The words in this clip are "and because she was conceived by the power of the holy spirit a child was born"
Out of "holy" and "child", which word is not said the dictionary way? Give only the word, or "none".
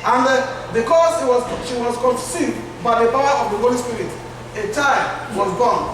child